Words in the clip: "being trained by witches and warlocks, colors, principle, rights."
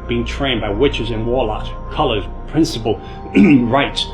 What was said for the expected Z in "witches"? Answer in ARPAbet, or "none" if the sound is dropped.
Z